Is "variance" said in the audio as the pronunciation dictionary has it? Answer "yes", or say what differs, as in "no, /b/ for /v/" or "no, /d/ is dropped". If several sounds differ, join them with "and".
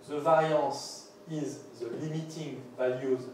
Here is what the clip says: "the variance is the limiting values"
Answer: no, /n/ is dropped